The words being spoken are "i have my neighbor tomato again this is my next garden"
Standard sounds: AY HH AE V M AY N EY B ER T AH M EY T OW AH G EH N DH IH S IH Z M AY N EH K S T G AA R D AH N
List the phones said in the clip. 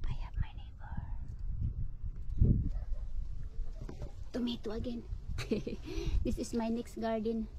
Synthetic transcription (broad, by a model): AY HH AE P M AY N EY B ER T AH M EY T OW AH G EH N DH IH S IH S M AY N EH K S T G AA R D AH N